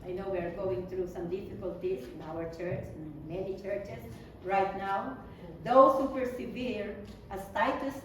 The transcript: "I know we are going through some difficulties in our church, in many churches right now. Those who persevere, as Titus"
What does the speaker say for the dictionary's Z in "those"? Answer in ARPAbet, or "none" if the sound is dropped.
S